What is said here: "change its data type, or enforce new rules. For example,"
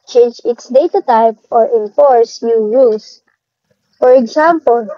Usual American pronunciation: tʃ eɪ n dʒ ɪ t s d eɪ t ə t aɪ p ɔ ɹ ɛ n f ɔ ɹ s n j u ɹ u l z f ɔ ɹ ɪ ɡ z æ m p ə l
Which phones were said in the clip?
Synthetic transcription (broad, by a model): tʃ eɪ n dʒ ɪ t s d eɪ t ə t aɪ p ɔ ɹ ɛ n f ɔ ɹ s n j u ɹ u l s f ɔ ɹ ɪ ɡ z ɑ m p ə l